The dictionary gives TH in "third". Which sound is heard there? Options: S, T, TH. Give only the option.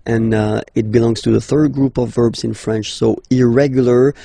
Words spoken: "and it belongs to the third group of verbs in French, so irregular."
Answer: TH